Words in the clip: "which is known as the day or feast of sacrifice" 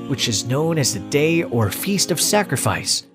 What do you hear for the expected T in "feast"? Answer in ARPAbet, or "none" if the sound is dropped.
T